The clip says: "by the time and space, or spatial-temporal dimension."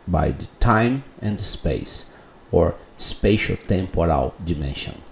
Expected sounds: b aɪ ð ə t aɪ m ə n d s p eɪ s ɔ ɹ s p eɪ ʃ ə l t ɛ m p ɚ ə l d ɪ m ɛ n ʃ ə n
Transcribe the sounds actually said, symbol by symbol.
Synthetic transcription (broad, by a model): b aɪ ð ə t aɪ m ə n d s p eɪ s ɔ ɹ s p eɪ ʃ ə l t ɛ m p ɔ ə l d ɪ m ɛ n ʃ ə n